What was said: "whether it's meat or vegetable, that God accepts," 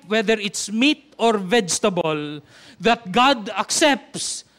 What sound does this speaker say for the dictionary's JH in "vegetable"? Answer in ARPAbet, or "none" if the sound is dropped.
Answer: JH